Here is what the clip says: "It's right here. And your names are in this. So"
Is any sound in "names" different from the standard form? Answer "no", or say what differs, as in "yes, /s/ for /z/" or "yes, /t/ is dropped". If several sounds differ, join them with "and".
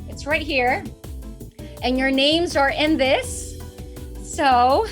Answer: no